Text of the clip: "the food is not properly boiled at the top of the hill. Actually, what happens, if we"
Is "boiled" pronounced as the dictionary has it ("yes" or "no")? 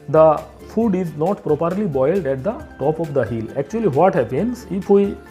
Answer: yes